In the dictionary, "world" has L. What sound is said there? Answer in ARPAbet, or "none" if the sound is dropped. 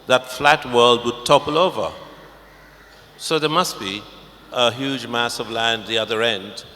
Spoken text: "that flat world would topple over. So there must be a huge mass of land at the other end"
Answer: L